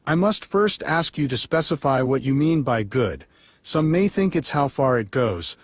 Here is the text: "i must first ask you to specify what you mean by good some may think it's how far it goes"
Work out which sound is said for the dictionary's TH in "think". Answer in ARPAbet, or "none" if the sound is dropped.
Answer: TH